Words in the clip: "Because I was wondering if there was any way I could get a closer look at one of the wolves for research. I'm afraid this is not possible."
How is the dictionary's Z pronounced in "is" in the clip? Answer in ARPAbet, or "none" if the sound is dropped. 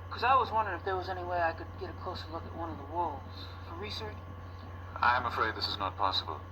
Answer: Z